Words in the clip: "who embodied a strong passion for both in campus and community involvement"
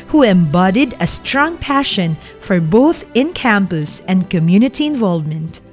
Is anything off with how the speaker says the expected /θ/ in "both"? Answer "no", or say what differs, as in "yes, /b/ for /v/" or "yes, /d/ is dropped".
no